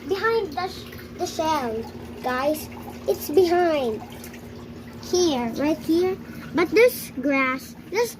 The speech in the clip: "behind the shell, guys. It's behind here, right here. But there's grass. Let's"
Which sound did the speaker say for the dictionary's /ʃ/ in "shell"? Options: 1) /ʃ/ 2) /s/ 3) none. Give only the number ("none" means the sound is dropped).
2